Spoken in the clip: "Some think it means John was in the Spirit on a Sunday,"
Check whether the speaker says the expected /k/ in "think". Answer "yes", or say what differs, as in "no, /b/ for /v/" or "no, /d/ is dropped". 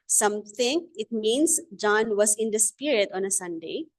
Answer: no, /k/ is dropped